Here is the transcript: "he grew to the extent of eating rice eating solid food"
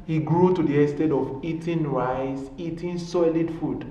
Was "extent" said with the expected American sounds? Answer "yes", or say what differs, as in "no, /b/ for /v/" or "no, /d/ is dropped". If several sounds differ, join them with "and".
no, /k/ is dropped